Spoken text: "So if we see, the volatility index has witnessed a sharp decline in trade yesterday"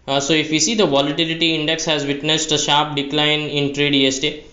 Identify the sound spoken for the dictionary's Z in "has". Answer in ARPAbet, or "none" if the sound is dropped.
Z